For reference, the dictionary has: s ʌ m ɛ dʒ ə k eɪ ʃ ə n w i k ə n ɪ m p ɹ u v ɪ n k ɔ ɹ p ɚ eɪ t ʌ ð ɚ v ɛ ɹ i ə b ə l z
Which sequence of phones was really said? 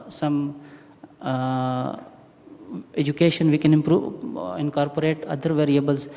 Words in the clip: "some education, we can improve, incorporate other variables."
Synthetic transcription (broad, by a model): s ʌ m ɛ dʒ ə k eɪ ʃ ə n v i k ə n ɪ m p ɹ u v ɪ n k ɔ ɹ p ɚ eɪ t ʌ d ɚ v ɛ ɹ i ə b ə l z